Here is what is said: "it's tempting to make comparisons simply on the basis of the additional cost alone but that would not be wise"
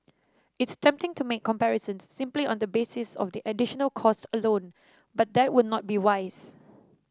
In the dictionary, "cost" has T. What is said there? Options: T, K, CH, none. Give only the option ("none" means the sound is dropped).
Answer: T